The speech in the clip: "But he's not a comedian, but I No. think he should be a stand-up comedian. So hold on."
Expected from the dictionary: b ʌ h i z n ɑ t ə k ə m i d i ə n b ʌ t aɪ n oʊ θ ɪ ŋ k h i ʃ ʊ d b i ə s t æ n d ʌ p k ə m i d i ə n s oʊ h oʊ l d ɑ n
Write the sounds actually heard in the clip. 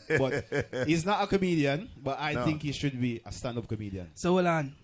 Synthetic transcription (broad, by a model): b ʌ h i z n ɑ t ə k ə m i d i ə n b ʌ t aɪ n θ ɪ ŋ k h i ʃ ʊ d b i ə s t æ n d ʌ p k ə m i d i ə n s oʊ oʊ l ɑ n